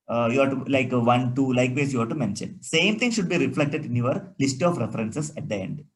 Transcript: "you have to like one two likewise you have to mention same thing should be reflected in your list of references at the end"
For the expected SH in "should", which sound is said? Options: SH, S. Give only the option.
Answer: SH